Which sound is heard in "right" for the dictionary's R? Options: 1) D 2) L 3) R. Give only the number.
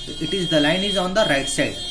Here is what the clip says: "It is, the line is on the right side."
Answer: 3